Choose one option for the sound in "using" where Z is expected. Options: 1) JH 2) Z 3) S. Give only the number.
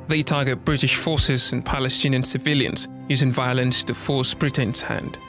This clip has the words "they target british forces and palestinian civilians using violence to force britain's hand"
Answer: 2